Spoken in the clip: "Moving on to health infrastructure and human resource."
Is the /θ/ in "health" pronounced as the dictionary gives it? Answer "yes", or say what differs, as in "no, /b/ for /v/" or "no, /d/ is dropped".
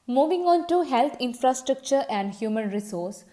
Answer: no, /t/ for /θ/